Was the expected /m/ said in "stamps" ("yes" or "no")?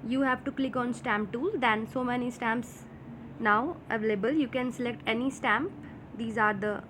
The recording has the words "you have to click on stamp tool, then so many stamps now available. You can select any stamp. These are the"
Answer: yes